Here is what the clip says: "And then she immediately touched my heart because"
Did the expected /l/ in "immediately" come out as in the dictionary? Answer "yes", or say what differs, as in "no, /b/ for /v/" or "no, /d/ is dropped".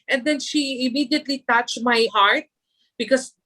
yes